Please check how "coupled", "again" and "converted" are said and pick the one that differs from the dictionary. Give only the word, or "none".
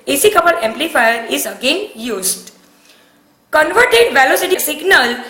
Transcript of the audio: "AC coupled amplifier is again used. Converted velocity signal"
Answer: coupled